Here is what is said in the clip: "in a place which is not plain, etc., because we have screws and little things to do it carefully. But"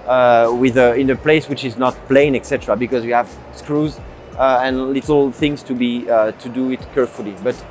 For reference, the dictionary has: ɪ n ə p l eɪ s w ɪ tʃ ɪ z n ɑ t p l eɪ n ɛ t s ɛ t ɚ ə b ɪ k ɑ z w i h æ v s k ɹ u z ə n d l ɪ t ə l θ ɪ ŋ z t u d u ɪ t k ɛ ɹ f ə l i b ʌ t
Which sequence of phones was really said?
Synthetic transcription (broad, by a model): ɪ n ə p l eɪ s w ɪ tʃ ɪ z n ɑ t p l eɪ n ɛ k s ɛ t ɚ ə b ɪ k ɑ z w i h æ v s k ɹ u z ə n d l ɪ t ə l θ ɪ ŋ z t u d u ɪ t k ɛ ɹ f ə l i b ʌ t